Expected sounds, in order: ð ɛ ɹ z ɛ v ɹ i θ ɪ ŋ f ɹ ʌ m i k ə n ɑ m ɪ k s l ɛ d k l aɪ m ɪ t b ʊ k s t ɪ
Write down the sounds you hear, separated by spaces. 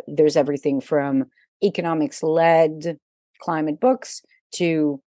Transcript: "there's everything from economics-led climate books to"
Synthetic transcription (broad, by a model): ð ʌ ɹ z ɛ v ɹ i θ ɪ ŋ f ɹ ʌ m i k ə n ɑ m ɪ k s l ɛ d k l aɪ m ɪ t b ʊ k s t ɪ